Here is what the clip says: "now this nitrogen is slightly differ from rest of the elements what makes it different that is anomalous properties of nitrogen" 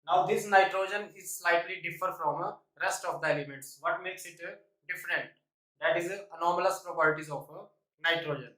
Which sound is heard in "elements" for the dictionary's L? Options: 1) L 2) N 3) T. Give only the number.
1